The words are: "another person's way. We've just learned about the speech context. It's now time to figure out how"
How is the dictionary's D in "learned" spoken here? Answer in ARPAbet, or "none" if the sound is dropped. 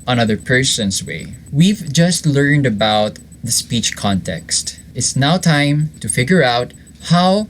D